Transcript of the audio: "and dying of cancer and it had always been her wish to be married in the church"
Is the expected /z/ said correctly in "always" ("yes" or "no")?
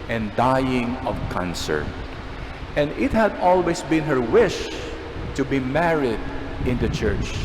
no